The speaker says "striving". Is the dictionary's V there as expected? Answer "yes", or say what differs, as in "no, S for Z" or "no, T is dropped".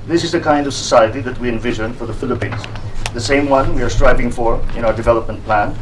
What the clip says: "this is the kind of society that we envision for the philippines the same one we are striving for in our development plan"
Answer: yes